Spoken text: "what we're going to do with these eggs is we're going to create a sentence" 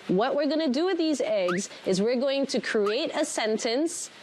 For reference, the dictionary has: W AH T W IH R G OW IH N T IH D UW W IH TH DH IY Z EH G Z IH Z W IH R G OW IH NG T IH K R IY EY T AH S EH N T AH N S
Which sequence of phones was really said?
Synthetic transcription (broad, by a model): W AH T W IH R G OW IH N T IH D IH W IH DH IY Z EH G Z IH Z W IH R G OW IH NG T IH K R IY EY T AH S EH N T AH N S